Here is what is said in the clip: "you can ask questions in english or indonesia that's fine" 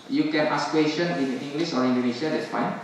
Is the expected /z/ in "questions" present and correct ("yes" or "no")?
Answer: no